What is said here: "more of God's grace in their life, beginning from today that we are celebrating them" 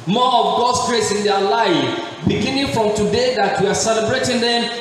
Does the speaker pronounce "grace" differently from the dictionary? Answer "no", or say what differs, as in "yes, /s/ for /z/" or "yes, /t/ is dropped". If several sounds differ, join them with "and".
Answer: no